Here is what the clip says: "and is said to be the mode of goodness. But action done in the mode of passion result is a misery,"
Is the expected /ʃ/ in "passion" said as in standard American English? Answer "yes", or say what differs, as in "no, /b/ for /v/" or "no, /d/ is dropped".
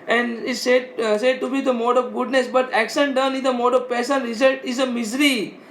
no, /s/ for /ʃ/